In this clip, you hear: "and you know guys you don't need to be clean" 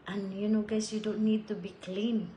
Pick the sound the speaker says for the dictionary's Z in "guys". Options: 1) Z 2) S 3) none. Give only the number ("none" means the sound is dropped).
2